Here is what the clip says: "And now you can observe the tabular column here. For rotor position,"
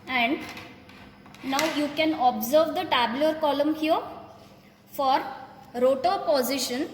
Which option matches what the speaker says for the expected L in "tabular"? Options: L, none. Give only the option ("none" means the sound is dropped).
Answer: none